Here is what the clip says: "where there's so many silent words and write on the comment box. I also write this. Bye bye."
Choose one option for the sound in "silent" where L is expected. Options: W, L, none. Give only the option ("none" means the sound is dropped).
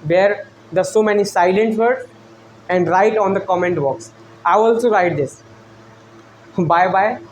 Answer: L